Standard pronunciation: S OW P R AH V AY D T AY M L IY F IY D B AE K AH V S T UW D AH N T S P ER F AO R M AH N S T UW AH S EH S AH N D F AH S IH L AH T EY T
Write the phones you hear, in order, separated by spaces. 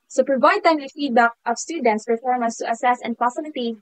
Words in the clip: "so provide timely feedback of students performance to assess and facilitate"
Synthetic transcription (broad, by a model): S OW P R AH V AY D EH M W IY F IY D B AE K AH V S T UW D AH N T S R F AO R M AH S T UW AH S EH S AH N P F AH S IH L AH T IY